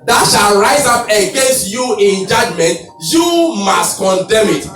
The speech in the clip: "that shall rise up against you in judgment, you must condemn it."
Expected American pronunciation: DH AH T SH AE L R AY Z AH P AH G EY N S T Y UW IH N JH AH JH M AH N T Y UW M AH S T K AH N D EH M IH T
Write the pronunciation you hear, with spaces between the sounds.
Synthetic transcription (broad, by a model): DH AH T SH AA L R AY Z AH P AH G EY N S T Y UW IH N JH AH JH M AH N T Y UW M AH S T K AH N D EH M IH T